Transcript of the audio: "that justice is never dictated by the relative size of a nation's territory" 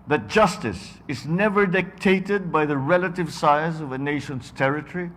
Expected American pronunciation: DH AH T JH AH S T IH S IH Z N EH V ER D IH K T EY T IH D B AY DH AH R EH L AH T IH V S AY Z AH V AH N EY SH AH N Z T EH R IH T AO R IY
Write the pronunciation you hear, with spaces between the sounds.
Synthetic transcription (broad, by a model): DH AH T JH AH S T IH S IH Z N EH V ER D IH K T EY T IH D B AY DH AH R EH L AH T IH V S AY Z AH V AH N EY SH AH N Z T EH R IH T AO R IY